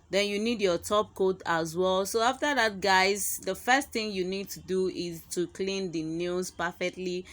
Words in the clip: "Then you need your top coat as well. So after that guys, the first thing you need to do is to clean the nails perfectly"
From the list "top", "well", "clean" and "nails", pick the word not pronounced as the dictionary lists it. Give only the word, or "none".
nails